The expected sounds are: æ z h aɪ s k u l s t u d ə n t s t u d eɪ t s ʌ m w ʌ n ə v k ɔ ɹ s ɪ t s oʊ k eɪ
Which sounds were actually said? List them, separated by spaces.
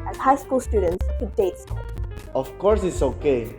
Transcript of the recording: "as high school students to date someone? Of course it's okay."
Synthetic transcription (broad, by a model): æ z h aɪ s k u l s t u d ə n t s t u d eɪ t s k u l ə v k ɔ ɹ s ɪ t s oʊ k eɪ